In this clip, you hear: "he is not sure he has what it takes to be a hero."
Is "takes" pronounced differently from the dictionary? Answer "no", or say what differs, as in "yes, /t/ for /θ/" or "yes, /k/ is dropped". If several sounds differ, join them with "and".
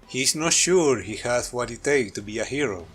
yes, /s/ is dropped